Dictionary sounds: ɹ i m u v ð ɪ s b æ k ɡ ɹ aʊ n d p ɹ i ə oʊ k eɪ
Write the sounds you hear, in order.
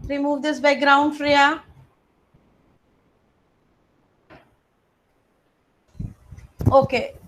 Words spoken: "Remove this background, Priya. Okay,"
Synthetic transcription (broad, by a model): ɹ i m u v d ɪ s b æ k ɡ ɹ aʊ n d f ɹ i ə oʊ k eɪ